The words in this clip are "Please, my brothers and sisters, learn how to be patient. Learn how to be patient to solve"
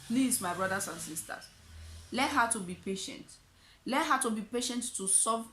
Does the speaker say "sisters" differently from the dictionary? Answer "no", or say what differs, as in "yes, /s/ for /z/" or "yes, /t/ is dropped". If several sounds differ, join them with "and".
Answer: yes, /s/ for /z/